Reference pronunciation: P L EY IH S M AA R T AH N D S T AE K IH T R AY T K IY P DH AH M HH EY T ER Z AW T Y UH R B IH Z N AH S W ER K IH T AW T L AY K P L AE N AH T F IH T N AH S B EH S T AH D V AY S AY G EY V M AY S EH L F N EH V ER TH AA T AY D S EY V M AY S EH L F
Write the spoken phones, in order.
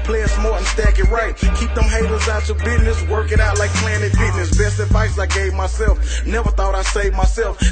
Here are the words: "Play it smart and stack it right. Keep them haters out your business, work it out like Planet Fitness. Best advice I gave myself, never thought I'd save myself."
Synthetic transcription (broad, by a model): P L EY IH S M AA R AH N S T AE K IH T R AY T K IY P DH AH M HH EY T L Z AW T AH B IH Z N AH S W ER K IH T AW T L AY K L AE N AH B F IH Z N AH S B EH S T AH D V AY S AY G EY V M AY S EH L F N EH V ER TH AA T AY S EY V M AY S EH L F